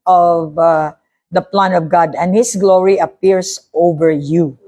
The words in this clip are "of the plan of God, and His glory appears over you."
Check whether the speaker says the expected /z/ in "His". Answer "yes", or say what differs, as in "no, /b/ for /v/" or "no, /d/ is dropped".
no, /s/ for /z/